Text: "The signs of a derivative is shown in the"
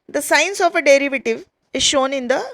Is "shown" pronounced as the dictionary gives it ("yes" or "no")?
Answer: yes